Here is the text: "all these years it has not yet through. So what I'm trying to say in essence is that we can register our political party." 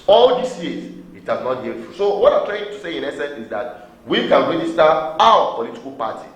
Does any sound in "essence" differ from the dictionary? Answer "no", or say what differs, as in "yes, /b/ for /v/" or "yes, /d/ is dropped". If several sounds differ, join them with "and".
no